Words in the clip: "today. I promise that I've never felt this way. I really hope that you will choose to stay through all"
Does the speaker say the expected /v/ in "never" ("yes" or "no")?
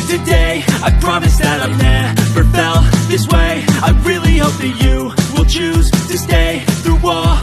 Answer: no